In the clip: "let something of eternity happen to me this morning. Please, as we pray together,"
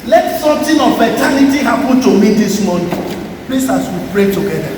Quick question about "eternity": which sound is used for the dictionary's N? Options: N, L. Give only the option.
L